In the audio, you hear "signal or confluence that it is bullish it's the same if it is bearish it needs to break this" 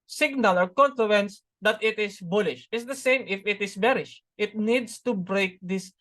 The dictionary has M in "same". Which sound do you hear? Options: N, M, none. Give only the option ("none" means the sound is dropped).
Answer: M